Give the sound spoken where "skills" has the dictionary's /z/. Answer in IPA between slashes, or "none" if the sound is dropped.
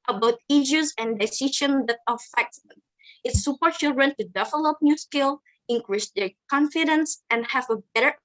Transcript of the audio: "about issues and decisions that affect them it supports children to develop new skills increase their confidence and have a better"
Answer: none